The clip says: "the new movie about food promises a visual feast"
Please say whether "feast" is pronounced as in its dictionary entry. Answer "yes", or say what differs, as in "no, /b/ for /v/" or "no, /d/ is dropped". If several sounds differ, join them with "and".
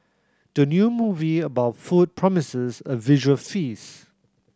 no, /t/ is dropped